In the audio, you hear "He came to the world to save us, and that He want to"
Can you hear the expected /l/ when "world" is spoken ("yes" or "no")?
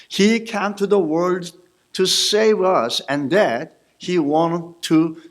yes